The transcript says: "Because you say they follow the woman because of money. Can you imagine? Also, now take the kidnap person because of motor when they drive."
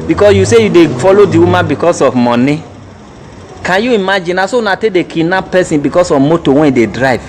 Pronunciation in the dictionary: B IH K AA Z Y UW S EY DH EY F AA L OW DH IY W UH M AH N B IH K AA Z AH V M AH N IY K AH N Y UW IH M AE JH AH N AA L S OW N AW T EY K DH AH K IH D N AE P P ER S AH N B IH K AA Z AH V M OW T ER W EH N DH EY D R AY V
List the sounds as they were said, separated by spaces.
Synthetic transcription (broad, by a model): B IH K AA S Y UW S EY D EY F AA L OW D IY W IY M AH N B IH K AA S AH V M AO N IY K AH N Y UW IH M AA JH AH N AA S OW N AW T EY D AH K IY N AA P P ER S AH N B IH K AA S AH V M OW T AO W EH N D EY D R AY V